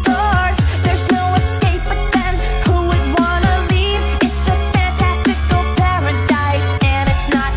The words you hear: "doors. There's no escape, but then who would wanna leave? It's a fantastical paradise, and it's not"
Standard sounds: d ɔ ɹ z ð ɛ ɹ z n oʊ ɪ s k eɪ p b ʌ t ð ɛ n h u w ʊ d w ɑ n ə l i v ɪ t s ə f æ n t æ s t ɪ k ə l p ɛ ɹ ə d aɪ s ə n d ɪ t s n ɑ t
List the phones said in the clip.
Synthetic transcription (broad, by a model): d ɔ ɹ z ð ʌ ɹ z n oʊ ɪ s k eɪ p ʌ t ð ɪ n h u w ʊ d w ɑ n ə l i v ɪ t s ə f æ n t æ s t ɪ k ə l p ɛ ɹ ə d aɪ s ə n ɪ t s n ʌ t